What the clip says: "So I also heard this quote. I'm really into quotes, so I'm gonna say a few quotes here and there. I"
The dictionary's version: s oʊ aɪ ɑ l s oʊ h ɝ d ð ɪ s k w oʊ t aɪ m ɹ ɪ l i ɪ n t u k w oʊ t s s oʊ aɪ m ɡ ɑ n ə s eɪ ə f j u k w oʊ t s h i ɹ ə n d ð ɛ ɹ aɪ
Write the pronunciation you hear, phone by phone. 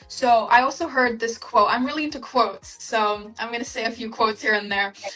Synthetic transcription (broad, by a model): s oʊ aɪ ɑ l s oʊ h ɝ d ð ɪ s k w oʊ t aɪ m ɹ ɪ l i ɪ n t u k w oʊ t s s oʊ aɪ m ɡ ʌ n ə s eɪ ə f j u k w oʊ t s h i ɹ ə n ð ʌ ɹ